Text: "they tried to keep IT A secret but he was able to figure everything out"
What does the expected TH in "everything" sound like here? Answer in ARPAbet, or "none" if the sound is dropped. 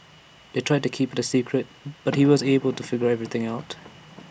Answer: TH